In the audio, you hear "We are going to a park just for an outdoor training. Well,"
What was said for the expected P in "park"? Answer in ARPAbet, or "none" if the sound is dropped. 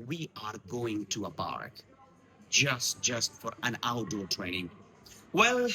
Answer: B